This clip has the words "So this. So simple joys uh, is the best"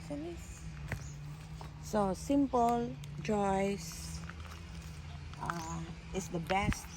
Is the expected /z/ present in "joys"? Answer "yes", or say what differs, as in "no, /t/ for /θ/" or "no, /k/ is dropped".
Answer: no, /s/ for /z/